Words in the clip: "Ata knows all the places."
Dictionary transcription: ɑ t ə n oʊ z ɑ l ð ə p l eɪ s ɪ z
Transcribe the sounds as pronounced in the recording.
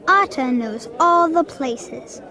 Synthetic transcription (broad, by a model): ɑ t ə n oʊ z ɑ l ð ə p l eɪ s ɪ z